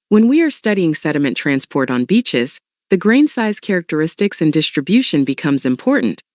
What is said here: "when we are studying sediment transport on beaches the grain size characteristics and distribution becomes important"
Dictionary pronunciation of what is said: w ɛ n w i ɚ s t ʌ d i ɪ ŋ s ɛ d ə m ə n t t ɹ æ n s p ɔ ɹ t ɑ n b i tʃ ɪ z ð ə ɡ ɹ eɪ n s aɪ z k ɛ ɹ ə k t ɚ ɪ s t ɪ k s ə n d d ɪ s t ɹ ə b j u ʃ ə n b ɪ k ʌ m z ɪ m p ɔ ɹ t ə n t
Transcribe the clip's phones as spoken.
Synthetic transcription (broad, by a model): w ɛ n w i ɚ s t ʌ d i ɪ ŋ s ɛ d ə m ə n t t ɹ æ n s p ɔ ɹ t n b i tʃ ɪ z ð ə ɡ ɹ eɪ n s aɪ z k ɛ ɹ ə k t ɚ ɪ s t ɪ k s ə n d d ɪ s t ɹ ə b j u ʃ ə n b ɪ k ʌ m z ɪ m p ɔ ɹ t n t